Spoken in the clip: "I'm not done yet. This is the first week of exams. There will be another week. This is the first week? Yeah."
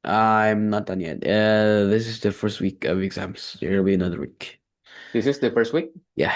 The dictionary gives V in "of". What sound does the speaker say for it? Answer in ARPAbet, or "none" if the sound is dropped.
V